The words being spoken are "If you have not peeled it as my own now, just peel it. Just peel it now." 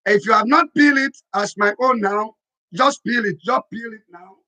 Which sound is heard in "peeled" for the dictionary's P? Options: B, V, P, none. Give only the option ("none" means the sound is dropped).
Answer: B